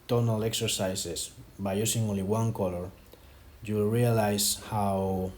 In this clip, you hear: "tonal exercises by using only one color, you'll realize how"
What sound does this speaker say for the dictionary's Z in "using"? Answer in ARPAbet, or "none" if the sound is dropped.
S